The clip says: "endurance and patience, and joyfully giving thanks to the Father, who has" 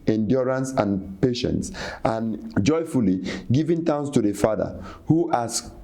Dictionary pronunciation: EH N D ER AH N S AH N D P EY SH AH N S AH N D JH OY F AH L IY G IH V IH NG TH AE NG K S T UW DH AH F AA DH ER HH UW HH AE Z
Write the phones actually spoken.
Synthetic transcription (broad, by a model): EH N D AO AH N S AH N P EY SH AH N S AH N JH OY F AH L IY G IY V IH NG T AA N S T UW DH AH F AA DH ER HH UW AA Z